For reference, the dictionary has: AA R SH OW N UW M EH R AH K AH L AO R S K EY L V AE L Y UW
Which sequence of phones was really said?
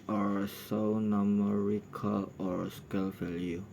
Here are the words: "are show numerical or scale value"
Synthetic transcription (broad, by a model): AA R S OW N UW M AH R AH K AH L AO R S K EY L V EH L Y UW